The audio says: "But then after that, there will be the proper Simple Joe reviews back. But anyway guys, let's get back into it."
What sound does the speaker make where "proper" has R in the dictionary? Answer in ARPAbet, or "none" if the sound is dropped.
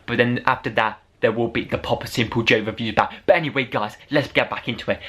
none